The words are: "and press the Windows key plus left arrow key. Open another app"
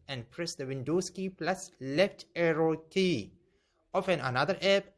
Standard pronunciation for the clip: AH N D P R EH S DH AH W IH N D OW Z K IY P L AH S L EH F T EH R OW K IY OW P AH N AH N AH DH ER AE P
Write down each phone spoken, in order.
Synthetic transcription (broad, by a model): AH N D P R EH S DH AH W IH N D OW S K IY P L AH S L EH F T EH R OW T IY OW F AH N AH N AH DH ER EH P